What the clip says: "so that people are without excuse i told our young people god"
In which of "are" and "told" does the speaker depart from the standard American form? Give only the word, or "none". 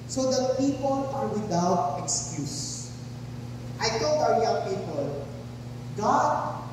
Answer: told